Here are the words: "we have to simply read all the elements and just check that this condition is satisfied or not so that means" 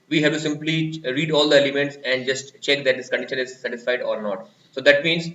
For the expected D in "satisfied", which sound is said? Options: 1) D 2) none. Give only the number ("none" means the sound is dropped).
1